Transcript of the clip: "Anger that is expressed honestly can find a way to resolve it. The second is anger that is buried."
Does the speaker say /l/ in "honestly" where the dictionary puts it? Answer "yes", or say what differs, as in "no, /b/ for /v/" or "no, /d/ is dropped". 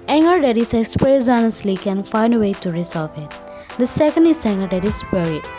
yes